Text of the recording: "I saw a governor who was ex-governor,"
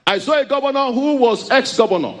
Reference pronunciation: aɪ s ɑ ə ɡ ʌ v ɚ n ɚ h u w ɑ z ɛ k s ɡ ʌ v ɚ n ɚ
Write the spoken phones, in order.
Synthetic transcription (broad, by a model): aɪ s ɑ ə ɡ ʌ v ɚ n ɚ h u w ɑ z ɛ k s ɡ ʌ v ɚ n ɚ